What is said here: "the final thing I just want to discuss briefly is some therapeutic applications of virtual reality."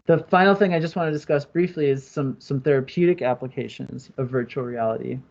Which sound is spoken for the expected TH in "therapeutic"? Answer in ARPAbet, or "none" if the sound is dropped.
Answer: TH